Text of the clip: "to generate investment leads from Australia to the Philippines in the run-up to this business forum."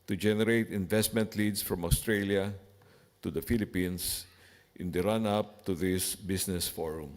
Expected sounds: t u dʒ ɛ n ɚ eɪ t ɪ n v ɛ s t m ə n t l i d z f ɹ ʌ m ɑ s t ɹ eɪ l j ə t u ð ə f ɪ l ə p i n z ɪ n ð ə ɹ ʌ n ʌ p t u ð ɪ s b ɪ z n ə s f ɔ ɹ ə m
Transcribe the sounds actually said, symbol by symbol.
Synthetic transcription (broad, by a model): t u dʒ ɛ n ɚ eɪ t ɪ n v ɛ s t m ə n t l i d s f ɹ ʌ m ɑ s t ɹ eɪ l j ə t u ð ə f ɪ l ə p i n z ɪ n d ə ɹ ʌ n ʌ p t u ð ɪ s b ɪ s n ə s f ɔ ɹ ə m